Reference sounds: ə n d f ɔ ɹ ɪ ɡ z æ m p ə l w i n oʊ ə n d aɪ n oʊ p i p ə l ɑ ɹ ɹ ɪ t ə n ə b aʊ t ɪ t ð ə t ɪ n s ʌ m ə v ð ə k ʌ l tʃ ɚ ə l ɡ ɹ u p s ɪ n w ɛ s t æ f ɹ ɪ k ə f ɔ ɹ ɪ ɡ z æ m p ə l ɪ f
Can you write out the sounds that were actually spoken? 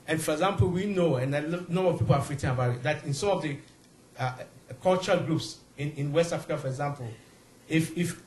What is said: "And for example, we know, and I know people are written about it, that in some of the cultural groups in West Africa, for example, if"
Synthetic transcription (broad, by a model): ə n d f ɔ ɹ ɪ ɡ z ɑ m p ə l w i n oʊ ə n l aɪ n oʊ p i p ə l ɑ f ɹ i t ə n ə b aʊ t ɪ t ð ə t ɪ n s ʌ m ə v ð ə k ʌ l tʃ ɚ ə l ɡ ɹ u p s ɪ n w ɛ s t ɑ f ɹ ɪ k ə f ɔ ɹ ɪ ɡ z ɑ m p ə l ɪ f